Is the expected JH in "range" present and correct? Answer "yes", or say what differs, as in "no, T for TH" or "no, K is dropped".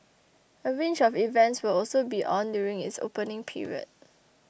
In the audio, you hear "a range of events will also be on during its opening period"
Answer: no, CH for JH